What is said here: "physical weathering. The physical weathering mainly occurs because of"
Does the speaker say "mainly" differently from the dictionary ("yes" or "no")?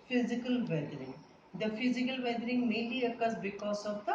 yes